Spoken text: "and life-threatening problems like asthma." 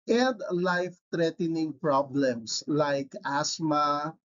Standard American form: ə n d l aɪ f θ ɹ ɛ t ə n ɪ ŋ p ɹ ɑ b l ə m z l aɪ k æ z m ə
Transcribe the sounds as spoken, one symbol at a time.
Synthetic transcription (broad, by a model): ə n d l aɪ f t ɹ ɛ t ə n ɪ ŋ p ɹ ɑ b l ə m s l aɪ k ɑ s m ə